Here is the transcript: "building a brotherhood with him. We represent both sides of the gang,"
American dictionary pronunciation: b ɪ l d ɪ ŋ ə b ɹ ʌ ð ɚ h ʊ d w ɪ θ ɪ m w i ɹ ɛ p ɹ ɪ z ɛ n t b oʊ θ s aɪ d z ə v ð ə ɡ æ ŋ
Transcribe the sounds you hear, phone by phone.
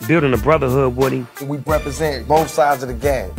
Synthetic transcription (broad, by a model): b ɪ l d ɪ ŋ ə b ɹ ʌ ð ɚ h ʊ d w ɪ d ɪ w i ɹ ɛ p ɹ ɪ z ɛ n t b oʊ θ s aɪ d z ə v ð ə ɡ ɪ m